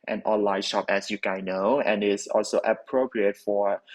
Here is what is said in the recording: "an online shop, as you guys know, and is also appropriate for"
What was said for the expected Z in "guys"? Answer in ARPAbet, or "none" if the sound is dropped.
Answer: none